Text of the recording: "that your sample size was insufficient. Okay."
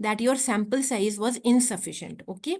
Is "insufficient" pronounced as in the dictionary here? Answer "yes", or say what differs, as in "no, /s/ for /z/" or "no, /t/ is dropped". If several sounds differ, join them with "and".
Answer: yes